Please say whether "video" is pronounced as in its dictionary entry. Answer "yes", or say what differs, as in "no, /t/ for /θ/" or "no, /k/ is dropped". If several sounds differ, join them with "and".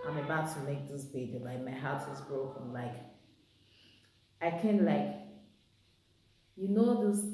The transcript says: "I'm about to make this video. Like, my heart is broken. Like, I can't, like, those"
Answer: no, /b/ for /v/